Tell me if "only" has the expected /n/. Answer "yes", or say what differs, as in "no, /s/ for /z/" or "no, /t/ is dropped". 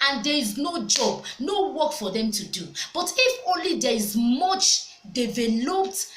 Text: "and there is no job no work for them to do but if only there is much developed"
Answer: yes